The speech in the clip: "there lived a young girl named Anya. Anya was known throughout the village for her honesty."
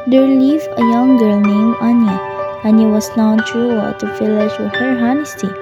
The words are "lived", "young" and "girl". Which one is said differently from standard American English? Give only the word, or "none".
lived